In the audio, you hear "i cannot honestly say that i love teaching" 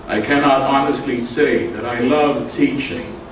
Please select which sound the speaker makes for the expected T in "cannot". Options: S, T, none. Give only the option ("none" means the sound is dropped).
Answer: T